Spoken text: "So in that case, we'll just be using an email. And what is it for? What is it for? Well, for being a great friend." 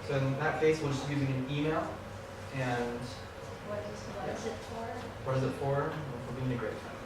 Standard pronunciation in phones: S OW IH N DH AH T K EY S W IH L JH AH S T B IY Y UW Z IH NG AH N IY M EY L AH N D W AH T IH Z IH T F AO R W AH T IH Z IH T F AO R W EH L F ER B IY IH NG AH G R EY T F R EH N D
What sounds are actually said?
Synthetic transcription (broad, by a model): S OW IH N DH AH T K EY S W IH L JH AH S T Y UW Z IH NG AH N IY M EY L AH N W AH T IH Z IH T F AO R W AH T IH Z IH T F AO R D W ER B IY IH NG AH G R EY T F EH